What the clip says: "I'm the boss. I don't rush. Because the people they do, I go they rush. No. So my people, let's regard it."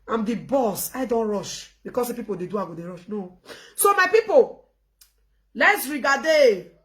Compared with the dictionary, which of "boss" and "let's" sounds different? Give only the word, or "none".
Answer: none